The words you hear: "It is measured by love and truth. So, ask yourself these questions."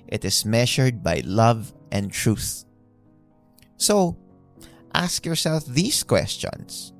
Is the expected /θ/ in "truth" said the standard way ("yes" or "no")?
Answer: yes